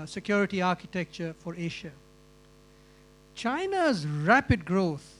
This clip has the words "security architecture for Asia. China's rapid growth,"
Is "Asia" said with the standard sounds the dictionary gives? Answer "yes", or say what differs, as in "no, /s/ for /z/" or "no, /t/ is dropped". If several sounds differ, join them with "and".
no, /ʃ/ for /ʒ/